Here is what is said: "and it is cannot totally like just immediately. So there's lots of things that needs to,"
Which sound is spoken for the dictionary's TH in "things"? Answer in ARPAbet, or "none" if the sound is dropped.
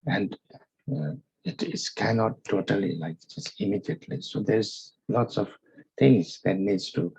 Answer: T